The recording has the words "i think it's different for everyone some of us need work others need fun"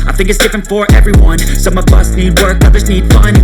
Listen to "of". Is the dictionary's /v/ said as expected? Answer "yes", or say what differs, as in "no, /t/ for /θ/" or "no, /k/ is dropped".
no, /b/ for /v/